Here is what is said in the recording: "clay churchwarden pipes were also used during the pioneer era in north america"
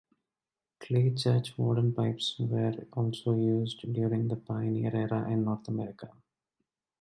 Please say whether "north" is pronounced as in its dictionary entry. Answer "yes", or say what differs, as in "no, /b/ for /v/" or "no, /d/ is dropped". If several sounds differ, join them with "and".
no, /t/ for /θ/